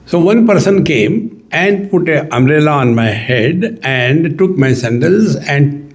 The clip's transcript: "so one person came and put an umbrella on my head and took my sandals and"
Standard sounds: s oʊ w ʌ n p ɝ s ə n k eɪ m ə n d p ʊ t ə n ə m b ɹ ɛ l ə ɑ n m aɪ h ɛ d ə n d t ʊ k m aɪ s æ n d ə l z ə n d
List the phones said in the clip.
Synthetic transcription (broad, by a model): s oʊ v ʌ n p ɝ s ə n k eɪ m ə n d p ʊ t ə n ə m ɹ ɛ l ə ɑ n m aɪ h ɛ d ə n d t ʊ k m aɪ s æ n d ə l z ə n d